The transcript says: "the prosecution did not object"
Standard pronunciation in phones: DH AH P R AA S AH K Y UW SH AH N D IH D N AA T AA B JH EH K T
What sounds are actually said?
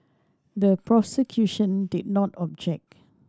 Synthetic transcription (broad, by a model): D AH P R AA S AH K Y UW SH AH N D IH D N AA T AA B JH EH K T